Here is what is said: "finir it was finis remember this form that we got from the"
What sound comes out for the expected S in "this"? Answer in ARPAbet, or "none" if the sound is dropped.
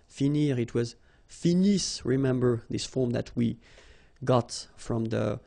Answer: S